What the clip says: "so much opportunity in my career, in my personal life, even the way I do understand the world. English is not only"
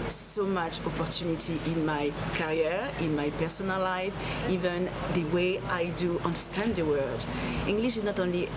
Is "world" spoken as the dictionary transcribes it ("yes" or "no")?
no